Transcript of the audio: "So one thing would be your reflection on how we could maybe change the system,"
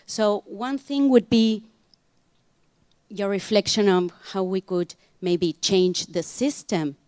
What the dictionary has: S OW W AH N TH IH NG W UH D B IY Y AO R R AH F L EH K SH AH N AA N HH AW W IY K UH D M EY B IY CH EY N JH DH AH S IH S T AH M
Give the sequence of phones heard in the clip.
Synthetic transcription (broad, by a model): S OW W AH N TH IH NG W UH D B IY Y AO R R AH F L EH K SH AH N AA N HH AW W IY K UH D M EY B IY CH EY N JH DH AH S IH S T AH M